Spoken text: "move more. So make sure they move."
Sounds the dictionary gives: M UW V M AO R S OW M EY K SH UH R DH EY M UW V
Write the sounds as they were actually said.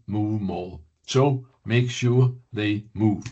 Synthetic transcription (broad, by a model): M UW V M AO L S OW M EY K SH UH R DH EY M UW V